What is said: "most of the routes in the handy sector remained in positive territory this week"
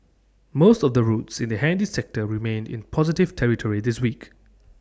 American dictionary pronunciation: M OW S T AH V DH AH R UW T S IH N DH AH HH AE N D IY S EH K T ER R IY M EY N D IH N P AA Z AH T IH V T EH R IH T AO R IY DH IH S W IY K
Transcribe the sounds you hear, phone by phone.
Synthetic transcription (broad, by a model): M OW S T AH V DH AH R UW T S IH N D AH HH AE N D IY S EH K T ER R IY M EY N D IH N P AA Z AH T IH V T EH R IH T AO R IY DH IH S W IY K